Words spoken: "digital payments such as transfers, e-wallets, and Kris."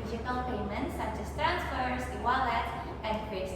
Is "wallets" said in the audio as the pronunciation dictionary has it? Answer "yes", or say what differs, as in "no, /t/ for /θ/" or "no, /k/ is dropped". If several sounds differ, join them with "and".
no, /s/ is dropped